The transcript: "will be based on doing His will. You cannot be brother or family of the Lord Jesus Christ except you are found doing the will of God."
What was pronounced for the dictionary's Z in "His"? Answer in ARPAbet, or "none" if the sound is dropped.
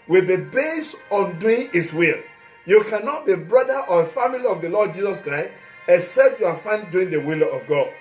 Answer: S